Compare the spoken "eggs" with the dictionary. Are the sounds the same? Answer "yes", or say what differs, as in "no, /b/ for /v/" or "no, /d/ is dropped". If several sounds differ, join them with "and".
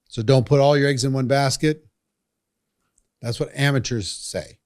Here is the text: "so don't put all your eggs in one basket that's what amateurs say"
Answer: yes